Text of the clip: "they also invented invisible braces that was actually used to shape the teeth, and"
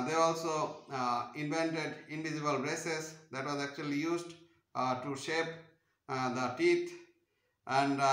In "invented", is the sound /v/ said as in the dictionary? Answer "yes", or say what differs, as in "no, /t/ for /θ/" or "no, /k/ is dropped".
yes